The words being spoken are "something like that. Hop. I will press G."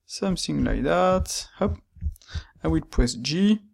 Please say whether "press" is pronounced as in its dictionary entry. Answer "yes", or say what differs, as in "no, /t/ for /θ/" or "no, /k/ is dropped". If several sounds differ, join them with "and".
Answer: no, /ɹ/ is dropped